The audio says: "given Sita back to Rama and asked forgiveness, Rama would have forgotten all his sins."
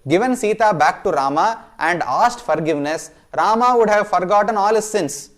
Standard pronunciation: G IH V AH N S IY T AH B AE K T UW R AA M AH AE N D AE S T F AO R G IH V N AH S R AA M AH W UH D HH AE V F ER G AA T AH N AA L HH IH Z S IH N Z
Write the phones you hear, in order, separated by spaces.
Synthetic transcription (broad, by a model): G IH V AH N S IY T AH B AE K T UW R AA M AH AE N D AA S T F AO R G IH V N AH S R AA M AH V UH D HH AE V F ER G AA T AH N AA L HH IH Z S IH N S